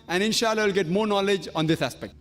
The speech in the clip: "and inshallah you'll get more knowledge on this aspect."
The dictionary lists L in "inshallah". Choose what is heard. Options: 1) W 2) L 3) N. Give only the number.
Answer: 2